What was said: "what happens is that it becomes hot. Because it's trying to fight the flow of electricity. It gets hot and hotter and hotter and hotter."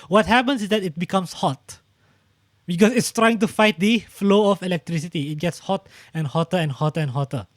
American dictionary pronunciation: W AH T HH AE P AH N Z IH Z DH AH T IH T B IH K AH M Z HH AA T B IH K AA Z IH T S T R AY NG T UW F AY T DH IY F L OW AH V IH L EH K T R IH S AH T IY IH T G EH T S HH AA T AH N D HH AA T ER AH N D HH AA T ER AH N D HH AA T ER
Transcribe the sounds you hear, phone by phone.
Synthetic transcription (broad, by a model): W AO T HH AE P AH N S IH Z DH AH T IH T B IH K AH M S HH AA T B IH K AA S IH T S T R AY NG T UW F AY T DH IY F L OW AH F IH L EH K T R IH S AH T IY IH T G EH T S HH AA T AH N HH AA T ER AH N HH AA T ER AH N HH AA T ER